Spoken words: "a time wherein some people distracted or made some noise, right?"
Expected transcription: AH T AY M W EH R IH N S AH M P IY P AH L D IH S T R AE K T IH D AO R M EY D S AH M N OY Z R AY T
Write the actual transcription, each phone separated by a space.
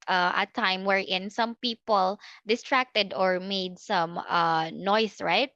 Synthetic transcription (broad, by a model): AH T AY M W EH R IH N S AH M P IY P AH L D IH S T R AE K T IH D AO R M EY D S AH M N OY S R AY T